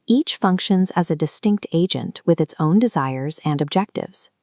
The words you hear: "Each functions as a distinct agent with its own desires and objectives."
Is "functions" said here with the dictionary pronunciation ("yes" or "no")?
yes